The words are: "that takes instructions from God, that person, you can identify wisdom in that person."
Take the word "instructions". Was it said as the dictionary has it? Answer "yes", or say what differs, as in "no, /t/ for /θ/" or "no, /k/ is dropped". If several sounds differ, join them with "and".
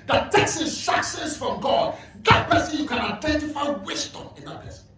no, /s/ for /ʃ/